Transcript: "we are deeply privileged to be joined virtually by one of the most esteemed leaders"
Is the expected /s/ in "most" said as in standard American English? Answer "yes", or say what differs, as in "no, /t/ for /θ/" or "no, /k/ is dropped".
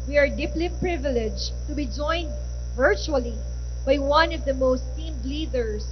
no, /s/ is dropped